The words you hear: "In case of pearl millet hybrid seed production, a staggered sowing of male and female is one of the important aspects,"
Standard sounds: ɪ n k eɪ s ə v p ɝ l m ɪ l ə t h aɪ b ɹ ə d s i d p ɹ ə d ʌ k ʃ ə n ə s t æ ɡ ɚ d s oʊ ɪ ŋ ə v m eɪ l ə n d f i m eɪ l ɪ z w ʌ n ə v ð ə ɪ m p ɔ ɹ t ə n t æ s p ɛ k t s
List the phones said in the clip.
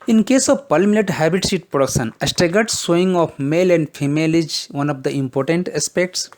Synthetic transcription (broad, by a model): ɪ n k eɪ s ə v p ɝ l m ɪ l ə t h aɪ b ə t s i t p ɹ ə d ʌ k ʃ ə n ə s t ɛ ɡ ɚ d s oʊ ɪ ŋ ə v m eɪ l ə n d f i m eɪ l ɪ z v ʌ n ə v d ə ɪ m p ɔ ɹ t ə n t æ s p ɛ k t s